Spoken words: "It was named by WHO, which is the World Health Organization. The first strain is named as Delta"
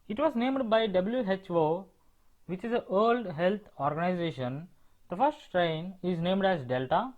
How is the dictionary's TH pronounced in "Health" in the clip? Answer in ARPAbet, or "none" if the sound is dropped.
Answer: T